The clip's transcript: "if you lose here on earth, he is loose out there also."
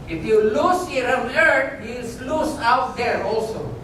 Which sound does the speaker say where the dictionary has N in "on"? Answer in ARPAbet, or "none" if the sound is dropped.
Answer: L